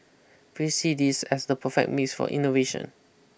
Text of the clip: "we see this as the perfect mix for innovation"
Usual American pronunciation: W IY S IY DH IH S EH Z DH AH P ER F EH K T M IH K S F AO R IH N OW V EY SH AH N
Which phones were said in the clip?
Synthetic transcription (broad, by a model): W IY S IY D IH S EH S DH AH P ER F EH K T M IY S F AO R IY N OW V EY SH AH N